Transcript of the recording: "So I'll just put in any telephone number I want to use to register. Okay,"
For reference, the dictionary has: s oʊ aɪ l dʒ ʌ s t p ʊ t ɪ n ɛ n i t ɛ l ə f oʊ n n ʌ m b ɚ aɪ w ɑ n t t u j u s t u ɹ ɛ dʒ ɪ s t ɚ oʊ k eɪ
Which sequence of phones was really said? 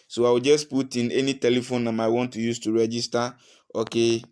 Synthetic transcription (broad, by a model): s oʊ aɪ w dʒ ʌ s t p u t ɪ n ɛ n i t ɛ l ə f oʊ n n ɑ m aɪ w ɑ n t t u j u s t u ɹ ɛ dʒ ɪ s t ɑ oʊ k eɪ